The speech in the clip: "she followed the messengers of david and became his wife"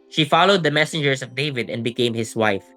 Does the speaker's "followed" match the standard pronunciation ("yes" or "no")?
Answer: yes